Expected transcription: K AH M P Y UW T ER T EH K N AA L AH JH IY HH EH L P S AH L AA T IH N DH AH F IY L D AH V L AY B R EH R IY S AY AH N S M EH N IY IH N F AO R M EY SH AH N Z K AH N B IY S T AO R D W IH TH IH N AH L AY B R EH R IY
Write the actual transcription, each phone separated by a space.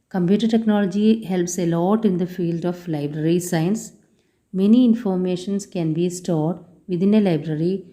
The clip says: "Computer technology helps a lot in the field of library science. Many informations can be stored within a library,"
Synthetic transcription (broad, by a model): K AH M P Y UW T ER T EH K N AA L AH JH IY HH EH L P S AH L AA T IH N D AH F IY L D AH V L AY B R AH R IY S AY AH N S M EH N IY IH N F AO R M EY SH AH N S K AH N B IY S T AO R D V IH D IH N AH L AY B R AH R IY